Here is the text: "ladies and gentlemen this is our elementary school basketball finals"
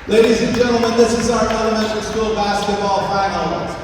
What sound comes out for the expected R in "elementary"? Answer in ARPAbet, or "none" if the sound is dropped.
W